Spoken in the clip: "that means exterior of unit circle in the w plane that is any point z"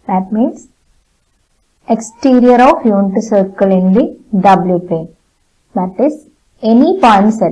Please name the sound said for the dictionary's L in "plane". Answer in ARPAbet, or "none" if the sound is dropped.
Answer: none